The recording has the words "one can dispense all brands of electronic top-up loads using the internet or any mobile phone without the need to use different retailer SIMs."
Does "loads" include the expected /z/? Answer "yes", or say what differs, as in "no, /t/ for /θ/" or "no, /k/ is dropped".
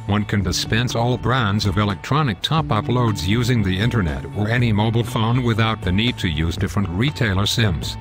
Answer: yes